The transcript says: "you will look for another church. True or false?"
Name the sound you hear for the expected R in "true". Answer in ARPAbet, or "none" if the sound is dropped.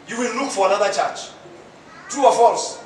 none